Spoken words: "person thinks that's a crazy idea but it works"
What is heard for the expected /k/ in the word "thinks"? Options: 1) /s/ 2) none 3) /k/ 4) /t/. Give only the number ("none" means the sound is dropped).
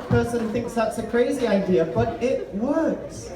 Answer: 3